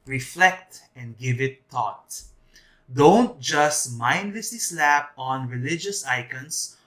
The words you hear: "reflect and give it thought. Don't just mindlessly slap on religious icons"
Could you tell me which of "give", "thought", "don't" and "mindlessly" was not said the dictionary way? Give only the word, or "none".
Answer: thought